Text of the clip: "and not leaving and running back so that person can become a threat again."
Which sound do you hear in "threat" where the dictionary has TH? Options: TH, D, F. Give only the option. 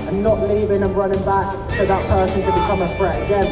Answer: F